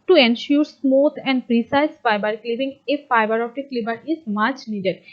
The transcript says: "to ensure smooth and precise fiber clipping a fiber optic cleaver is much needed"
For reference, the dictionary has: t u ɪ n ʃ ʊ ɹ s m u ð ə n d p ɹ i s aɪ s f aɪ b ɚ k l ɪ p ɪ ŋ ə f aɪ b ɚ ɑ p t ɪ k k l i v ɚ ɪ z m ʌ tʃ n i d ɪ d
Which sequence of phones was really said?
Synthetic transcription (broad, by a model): t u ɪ n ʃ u ɹ s m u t ə n d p ɹ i s aɪ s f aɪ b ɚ k l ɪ b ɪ ŋ ə f aɪ b ɚ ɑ t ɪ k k l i b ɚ ɪ z m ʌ tʃ n i d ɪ d